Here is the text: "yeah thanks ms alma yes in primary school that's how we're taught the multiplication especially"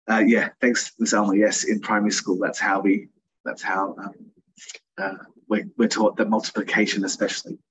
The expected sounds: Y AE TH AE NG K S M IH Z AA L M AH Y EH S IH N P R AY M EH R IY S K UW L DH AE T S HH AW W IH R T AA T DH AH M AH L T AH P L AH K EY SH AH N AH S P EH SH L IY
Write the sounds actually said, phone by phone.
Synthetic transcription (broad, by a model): Y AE TH AE NG K S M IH S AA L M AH Y EH S IH N P R AY M EH R IY S K UW L DH AE T S HH AW W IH W T AA T DH AH M AH L T AH P L AH K EY SH AH N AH S P EH SH L IY